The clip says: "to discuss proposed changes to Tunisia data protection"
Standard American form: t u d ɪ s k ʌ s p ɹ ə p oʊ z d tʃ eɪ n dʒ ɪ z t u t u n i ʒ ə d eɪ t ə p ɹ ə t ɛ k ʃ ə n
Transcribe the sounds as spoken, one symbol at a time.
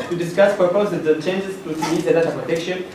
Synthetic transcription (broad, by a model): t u d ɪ s k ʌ s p ə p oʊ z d tʃ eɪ n dʒ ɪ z t u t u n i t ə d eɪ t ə p ɹ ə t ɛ k ʃ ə n